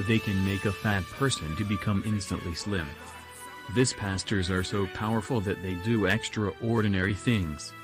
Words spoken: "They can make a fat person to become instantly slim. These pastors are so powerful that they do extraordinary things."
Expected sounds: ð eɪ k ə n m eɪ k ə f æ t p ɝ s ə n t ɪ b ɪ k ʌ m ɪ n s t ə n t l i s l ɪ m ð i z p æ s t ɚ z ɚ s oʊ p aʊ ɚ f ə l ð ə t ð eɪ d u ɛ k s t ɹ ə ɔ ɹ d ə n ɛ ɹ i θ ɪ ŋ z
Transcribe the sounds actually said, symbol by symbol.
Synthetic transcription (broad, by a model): ð eɪ k ə n m eɪ k ə f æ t p ɝ s ə n t ɪ b ɪ k ʌ m ɪ n s t ə n t l i s l ɪ m ð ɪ s p æ s t ɚ z ɚ s oʊ p aʊ ɚ f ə l ð ə t ð eɪ d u ɛ k s t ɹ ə ɔ ɹ d n ɛ ɹ i θ ɪ ŋ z